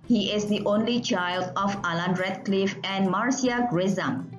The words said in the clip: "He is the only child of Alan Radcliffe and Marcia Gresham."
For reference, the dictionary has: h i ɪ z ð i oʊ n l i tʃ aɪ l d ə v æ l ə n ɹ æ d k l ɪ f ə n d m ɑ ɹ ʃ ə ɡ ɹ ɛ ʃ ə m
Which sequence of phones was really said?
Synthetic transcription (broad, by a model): h i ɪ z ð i oʊ n l i tʃ aɪ l d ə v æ l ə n ɹ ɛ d k l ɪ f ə n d m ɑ ɹ s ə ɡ ɹ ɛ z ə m